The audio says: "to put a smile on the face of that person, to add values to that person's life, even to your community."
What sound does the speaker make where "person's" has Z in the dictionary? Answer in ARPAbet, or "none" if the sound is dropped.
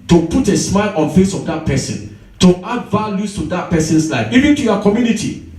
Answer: S